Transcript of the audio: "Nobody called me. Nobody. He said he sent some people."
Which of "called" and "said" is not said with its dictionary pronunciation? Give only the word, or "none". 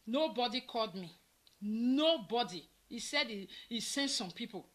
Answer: none